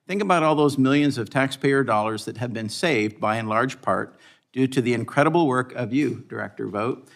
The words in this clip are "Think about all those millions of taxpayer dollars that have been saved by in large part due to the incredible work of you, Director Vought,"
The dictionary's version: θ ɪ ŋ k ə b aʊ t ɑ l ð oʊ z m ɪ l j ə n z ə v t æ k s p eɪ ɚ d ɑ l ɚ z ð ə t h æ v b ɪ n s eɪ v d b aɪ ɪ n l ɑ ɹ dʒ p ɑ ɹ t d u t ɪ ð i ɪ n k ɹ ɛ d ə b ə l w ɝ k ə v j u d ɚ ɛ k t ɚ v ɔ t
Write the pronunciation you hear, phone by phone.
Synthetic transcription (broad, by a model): θ ɪ ŋ k ə b aʊ t ɑ l ð oʊ z m ɪ l j ə n z ə v t æ k s p eɪ ɚ d ɑ l ɚ z ð ə t h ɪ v b ɪ n s eɪ v d b aɪ ɪ n l ɑ ɹ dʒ p ɑ ɹ t d u t ɪ ð i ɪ n k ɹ ɛ d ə b l w ɝ k ə v j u d ɚ ɛ k t ɚ v ɔ t